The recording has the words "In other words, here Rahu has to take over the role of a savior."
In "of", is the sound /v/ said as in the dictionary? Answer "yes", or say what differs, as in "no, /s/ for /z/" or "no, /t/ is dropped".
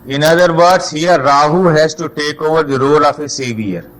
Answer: no, /f/ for /v/